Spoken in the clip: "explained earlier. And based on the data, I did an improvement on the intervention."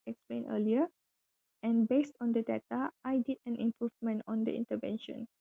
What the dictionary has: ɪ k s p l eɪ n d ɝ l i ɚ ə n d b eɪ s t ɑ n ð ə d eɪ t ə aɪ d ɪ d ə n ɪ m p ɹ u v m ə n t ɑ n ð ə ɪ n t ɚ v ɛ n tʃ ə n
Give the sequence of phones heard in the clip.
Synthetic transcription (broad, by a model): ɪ k s p l eɪ n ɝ l i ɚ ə n b eɪ s t ɑ n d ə d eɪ t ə aɪ d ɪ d ə n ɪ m p ɹ u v m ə n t ɑ n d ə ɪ n t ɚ v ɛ n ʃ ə n